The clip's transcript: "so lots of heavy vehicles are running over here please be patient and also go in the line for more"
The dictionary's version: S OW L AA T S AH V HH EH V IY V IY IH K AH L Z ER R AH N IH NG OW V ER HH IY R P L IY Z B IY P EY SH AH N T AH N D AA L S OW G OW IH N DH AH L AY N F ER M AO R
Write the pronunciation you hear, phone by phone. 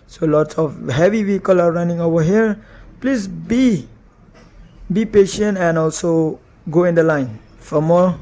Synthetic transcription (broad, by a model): S OW L AA T S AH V HH EH V IY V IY K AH L AA R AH N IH NG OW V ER HH IY R P L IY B B IY P EY SH AH N T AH N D AA L S OW G OW IH N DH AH L AY N F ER M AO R